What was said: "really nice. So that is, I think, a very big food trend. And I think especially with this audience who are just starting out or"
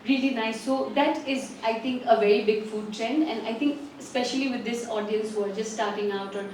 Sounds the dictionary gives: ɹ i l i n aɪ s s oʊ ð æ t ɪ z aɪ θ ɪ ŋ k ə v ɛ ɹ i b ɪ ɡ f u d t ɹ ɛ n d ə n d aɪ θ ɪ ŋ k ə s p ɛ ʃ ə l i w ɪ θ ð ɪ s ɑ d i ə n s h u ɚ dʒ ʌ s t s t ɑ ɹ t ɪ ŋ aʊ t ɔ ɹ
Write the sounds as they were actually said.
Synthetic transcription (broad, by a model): ɹ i l i n aɪ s s oʊ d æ t ɪ z aɪ t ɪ ŋ k ə v ɛ ɹ i b ɪ ɡ f u d t ɹ ɛ n d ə n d aɪ t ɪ ŋ k ə s p ɛ ʃ ə l i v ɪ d ɪ s ɑ d i ə n s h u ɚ dʒ ʌ s t s t ɑ ɹ t ɪ ŋ aʊ t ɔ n